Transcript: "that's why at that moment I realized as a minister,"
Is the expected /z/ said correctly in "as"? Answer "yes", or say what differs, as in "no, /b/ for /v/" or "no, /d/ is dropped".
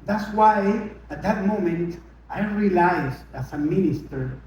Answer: no, /s/ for /z/